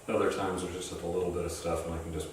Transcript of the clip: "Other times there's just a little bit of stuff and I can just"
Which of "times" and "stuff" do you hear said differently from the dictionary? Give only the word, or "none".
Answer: none